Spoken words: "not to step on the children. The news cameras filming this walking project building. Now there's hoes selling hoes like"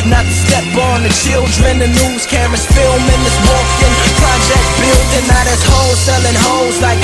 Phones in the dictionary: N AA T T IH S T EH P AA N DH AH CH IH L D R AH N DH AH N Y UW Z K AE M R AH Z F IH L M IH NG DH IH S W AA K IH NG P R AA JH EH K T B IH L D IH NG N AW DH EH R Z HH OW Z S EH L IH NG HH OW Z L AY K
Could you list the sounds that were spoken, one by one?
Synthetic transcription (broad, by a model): N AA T T IH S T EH B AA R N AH CH IH L D R AH N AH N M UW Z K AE M AH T F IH L M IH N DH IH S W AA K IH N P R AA JH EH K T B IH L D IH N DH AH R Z HH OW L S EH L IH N HH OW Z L AY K